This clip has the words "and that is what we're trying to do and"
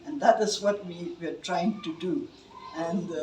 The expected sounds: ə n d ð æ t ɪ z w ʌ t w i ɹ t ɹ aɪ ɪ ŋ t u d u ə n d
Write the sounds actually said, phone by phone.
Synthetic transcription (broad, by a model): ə n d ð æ t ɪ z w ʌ t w i w t ɹ aɪ ɪ ŋ t u d u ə n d